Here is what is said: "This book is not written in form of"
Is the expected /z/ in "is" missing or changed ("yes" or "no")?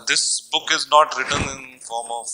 no